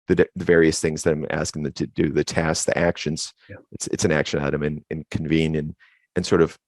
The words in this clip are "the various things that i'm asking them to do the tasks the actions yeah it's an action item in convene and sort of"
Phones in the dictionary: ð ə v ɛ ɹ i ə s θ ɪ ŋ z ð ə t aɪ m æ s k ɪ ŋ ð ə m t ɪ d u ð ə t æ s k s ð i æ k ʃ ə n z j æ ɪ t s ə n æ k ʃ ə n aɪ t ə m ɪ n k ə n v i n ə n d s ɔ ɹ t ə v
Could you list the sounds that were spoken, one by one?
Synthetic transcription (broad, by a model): ð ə v ɛ ɹ i ə s θ ɪ ŋ z ð ə t aɪ m æ s k ɪ ŋ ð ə t ɪ d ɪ ð ə t æ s s ð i æ k ʃ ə n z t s ɪ t s ə n æ k ʃ ə n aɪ t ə m ɪ n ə n v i n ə n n s ɔ ɹ t ə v